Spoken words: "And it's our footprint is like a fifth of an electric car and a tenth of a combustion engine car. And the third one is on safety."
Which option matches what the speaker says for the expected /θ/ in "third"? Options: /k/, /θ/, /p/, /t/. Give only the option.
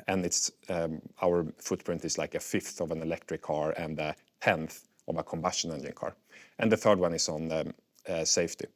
/θ/